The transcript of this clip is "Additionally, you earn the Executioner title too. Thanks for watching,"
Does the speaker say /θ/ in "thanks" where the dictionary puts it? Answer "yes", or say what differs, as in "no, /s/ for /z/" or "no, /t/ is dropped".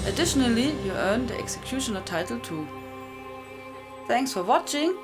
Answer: yes